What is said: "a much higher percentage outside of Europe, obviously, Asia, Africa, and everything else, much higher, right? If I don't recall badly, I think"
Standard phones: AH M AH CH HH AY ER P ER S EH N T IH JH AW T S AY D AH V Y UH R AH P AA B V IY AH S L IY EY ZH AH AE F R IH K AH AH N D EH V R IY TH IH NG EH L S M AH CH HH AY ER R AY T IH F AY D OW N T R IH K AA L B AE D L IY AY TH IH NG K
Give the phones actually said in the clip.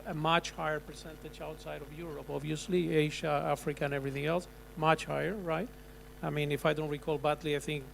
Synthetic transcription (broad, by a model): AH M AH CH HH AY ER P ER S EH N T IH JH AW T S AY D AH V Y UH R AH P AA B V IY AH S L IY EY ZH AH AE F R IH K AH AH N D EH V R IY TH IH NG EH L S M AH CH HH AY ER R AY T IH F AY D OW N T R IH K AA L B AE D L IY AY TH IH NG K